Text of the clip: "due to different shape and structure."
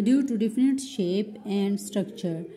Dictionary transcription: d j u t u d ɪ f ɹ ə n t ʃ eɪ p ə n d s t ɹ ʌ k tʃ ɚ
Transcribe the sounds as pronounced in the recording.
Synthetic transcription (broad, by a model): d j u t u d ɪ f ə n t ʃ eɪ p ə n d s t ɹ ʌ k tʃ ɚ